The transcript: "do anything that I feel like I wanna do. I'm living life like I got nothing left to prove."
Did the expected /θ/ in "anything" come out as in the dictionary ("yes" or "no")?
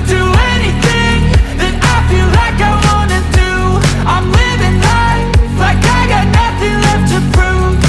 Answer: yes